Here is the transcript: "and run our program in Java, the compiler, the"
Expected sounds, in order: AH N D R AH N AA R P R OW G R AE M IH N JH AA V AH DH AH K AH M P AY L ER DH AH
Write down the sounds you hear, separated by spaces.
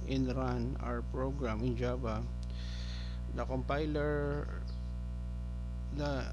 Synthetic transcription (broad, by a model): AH N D R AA N AA R P R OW G R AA M IH N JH AA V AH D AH K AH M P AY L ER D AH